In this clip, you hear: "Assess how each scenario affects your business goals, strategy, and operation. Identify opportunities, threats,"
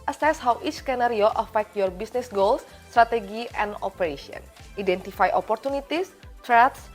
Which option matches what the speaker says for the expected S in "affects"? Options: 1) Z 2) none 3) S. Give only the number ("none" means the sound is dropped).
2